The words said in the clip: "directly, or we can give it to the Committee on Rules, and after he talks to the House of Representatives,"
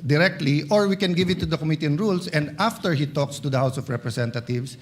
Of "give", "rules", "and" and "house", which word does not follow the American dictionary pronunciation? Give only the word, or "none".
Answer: rules